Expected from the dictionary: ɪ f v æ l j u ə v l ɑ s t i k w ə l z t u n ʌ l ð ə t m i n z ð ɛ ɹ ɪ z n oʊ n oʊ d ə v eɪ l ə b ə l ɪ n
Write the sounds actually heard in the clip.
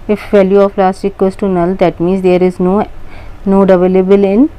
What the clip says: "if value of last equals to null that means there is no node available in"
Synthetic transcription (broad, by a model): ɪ f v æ l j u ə p l ɑ s t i k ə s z t u n ʌ l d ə t m i n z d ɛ ɹ ɪ z n oʊ n oʊ d ə v eɪ l ə b ə l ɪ n